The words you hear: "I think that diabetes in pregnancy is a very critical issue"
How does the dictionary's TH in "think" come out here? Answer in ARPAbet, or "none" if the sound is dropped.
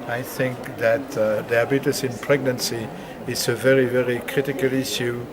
TH